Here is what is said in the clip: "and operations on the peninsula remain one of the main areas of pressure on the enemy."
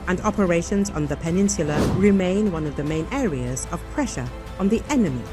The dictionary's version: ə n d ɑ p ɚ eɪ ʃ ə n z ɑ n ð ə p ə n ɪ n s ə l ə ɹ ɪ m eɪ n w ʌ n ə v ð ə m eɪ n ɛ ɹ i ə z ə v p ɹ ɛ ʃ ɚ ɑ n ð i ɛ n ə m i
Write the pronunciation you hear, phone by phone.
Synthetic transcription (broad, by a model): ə n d ɑ p ɚ eɪ ʃ ə n z n ð ə p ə n ɪ n s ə l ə ɹ ɪ m eɪ n w ʌ n ə v ð ə m eɪ n ɛ ɹ i ə z ə v p ɹ ɛ ʃ ɚ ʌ n ð i ɛ n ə m i